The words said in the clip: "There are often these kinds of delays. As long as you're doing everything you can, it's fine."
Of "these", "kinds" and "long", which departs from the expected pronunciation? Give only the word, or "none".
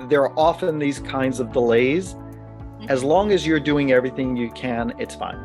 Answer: none